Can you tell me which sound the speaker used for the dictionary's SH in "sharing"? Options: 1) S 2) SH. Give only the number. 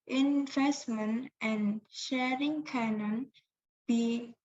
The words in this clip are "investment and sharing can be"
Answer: 2